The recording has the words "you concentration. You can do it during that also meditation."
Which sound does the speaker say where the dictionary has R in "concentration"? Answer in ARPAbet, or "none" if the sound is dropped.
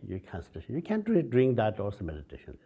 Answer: none